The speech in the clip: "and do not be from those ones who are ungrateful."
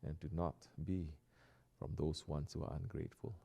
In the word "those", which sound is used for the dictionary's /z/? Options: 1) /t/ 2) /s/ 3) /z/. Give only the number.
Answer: 2